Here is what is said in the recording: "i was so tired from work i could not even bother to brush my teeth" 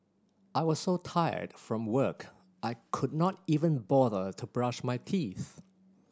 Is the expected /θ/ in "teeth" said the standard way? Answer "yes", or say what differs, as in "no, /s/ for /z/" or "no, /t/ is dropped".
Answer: yes